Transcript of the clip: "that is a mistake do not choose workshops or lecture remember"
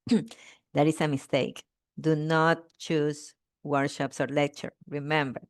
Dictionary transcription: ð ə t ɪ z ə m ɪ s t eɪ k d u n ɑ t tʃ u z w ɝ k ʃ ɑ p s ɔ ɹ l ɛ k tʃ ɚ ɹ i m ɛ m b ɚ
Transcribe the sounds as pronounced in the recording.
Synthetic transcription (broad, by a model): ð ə t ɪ s ə m ɪ s t eɪ k d u n ɑ t tʃ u s w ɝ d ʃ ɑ p s ɔ ɹ l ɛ k tʃ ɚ ɹ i m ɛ m b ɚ